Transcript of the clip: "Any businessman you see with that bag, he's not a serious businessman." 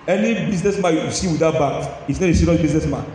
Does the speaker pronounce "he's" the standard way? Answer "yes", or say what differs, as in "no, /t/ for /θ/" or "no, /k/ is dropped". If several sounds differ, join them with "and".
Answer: no, /s/ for /z/